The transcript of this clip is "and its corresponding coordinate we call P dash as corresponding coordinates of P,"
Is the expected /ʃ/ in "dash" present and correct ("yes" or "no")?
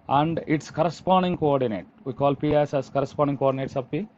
no